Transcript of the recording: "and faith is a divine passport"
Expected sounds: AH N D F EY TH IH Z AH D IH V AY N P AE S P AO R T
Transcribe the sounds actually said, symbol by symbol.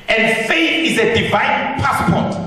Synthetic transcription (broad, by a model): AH N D F EY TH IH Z AH D IH V AY N P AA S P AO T